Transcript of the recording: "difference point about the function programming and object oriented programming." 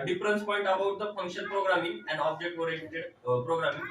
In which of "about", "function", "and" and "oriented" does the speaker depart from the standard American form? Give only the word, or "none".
oriented